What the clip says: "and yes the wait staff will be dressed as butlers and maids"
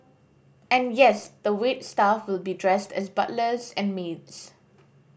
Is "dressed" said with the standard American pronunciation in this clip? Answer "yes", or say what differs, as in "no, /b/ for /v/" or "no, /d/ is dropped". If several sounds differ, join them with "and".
yes